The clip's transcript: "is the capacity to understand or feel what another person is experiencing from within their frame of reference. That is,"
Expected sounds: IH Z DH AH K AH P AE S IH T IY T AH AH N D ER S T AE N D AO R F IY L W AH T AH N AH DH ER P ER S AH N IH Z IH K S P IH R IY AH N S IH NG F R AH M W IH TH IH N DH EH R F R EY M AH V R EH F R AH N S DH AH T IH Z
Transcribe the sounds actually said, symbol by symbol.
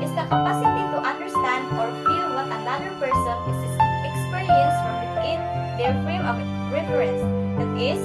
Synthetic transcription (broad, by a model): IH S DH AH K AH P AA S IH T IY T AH AH N D ER S T AE N D AO R F IY L W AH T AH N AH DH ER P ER S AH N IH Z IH K S P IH R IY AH N S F R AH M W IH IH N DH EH L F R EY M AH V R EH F R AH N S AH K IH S